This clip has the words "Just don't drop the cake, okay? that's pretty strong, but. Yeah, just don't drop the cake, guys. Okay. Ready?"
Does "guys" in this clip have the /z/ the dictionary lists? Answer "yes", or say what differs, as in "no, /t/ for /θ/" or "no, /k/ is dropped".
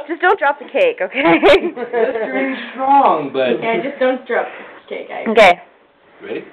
no, /z/ is dropped